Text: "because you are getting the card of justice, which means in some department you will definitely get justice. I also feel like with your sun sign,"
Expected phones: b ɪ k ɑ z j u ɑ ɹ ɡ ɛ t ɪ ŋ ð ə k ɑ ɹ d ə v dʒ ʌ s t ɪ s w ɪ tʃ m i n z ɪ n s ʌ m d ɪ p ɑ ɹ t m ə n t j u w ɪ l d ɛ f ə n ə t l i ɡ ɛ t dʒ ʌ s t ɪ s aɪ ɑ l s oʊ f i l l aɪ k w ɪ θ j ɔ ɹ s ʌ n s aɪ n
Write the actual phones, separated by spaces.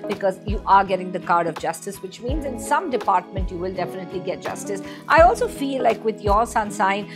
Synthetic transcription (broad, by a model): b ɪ k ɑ z j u ɑ ɹ ɡ ɛ t ɪ ŋ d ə k ɑ ɹ d ə v dʒ ʌ s t ɪ s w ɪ tʃ m i n z ɪ n s ʌ m d ɪ p ɑ ɹ t m ə n t j u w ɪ l d ɛ f ə n ə t l i ɡ ɛ t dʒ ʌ s t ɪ s aɪ ɑ l s oʊ f i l l aɪ k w ɪ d j ɔ ɹ s ʌ n s aɪ n